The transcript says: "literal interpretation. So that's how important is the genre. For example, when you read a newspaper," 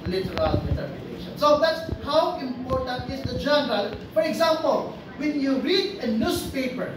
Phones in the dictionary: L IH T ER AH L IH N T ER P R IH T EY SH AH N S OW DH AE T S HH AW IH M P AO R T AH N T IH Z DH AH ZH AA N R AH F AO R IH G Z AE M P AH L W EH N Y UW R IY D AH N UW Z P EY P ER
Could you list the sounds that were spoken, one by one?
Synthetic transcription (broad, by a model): L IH T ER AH L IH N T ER R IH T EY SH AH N S OW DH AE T S HH AW IH M P AO R T AH N T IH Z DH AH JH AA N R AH F AO R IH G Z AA M P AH L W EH N Y UW R IY D AH N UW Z P EY P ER